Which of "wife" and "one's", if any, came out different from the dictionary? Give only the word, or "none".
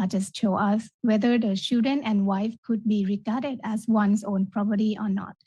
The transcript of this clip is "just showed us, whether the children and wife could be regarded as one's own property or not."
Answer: one's